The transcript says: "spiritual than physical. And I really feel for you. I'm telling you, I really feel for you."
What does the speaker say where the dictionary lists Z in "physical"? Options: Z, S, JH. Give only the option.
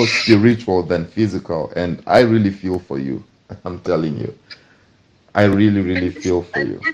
Z